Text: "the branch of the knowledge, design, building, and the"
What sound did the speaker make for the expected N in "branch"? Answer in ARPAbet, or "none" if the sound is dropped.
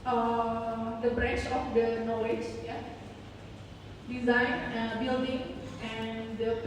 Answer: none